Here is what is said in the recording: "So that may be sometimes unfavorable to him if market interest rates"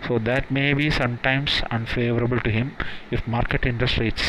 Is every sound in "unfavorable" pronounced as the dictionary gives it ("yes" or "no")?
yes